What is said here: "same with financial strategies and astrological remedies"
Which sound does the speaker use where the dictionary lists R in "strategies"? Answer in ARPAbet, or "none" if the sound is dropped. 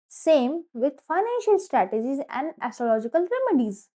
R